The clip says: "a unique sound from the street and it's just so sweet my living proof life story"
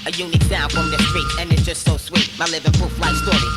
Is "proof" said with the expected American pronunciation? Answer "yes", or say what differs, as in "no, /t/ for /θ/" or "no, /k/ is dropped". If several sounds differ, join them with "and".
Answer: no, /ɹ/ is dropped